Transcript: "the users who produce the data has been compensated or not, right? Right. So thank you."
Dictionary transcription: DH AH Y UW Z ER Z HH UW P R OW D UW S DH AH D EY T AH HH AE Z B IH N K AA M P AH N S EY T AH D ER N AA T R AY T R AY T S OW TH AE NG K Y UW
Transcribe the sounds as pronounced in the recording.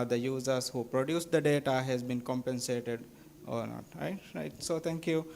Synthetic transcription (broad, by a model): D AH Y UW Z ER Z HH UW P R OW D UW S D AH D EY T AH HH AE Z B IH N K AA M P AH N S EY T AH D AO N AA T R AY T R AY T S OW T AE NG K Y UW